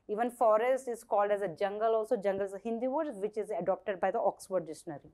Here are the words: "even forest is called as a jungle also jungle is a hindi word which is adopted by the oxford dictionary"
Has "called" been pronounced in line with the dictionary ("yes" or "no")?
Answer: yes